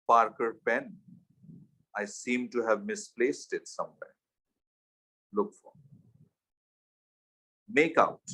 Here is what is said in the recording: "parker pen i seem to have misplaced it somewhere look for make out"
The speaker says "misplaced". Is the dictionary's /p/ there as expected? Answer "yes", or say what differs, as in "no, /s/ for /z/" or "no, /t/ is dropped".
yes